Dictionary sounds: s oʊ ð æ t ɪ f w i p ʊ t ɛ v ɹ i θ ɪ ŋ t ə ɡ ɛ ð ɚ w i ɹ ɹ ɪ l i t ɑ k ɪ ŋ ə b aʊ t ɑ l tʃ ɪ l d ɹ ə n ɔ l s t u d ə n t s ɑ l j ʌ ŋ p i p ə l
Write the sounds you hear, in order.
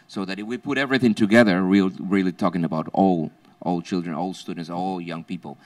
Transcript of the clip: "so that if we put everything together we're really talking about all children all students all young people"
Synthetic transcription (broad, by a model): s oʊ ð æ t ɪ f w i p ʊ t ɛ v ɹ i θ ɪ ŋ t ə ɡ ɛ ð ɚ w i l ɹ ɪ l i t ɑ k ɪ ŋ ə b aʊ t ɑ l tʃ ɪ l d ɹ ə n ɔ l s t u d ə n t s ɑ l j ʌ ŋ p i p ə l